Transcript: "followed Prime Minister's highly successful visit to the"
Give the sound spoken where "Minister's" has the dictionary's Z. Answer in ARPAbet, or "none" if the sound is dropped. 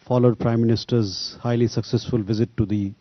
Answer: Z